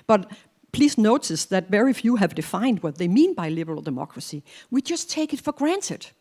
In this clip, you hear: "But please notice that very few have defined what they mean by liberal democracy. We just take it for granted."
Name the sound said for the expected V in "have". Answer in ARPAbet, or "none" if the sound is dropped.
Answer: V